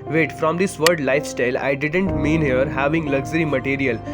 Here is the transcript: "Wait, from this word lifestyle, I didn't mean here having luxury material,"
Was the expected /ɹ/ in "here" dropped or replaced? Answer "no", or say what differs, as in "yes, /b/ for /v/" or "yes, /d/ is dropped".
no